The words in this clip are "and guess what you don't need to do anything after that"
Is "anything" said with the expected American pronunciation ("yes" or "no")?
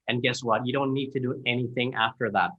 yes